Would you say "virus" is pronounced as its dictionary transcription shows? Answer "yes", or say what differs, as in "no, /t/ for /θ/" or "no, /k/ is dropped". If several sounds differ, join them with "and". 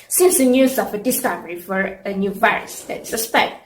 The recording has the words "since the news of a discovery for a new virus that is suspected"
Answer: yes